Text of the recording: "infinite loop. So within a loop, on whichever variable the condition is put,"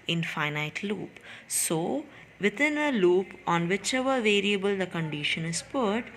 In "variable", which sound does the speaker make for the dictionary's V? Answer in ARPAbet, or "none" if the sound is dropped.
V